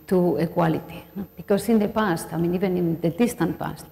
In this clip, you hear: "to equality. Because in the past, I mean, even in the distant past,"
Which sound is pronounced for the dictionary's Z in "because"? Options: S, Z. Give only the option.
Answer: S